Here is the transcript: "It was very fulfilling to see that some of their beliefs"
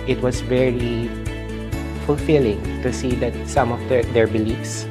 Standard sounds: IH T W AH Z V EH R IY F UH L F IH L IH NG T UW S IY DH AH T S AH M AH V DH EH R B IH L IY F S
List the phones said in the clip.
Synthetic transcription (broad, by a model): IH T W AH S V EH R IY F UH L F IH L IH NG T UW S IY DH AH T S AH M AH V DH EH R B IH L IY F S